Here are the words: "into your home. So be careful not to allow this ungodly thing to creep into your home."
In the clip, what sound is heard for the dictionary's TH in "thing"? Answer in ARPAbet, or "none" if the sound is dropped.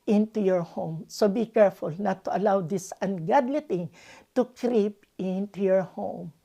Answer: T